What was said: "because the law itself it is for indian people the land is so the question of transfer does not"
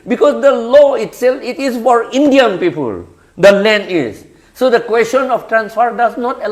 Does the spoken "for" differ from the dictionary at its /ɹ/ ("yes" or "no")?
no